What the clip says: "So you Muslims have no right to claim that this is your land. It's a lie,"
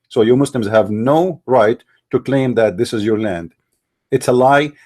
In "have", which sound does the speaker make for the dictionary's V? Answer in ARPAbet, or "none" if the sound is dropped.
V